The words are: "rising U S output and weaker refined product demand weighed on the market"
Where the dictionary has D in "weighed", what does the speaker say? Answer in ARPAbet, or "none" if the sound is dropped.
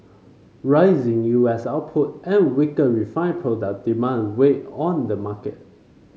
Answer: none